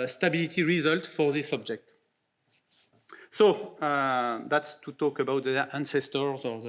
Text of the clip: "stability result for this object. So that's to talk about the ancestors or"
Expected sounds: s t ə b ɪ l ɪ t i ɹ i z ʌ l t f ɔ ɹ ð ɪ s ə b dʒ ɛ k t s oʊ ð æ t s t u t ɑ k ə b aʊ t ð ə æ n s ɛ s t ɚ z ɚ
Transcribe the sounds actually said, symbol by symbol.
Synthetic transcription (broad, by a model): s t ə b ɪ l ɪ t i ɹ i z ʌ l t f ɔ ɹ ð ɪ s ə b dʒ ɛ k t s oʊ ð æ t s t u t ɑ k ə b aʊ t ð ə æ n s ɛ s t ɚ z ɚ